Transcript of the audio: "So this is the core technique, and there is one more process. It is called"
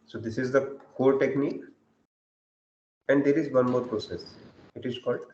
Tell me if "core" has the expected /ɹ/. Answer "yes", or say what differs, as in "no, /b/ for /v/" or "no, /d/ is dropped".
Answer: no, /l/ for /ɹ/